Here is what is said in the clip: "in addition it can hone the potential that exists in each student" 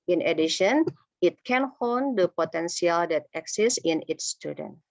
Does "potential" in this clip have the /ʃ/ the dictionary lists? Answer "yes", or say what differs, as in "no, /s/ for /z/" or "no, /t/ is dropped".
no, /s/ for /ʃ/